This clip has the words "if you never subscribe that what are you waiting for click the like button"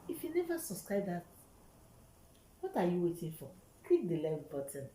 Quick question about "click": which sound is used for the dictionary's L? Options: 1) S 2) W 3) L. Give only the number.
2